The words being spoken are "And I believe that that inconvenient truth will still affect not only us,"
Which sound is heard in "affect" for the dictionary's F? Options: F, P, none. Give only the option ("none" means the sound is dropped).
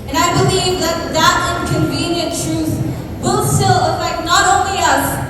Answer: none